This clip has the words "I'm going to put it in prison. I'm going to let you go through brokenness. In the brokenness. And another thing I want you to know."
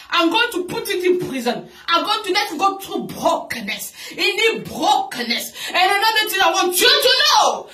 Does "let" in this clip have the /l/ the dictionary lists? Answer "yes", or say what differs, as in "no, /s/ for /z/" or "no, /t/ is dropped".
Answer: no, /n/ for /l/